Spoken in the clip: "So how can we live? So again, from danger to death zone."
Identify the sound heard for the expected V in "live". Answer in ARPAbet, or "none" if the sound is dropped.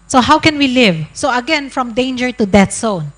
V